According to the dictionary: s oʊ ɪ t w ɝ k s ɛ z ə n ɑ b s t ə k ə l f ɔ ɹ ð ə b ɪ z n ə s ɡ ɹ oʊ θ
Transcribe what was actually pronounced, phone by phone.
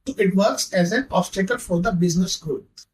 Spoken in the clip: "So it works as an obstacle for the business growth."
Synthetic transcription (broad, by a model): ɪ t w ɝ k s ɛ z ə n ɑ s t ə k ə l f ɔ ɹ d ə b ɪ z n ə s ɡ ɹ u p